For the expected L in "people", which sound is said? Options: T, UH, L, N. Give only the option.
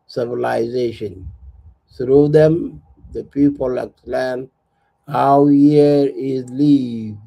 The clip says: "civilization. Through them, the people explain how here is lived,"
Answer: L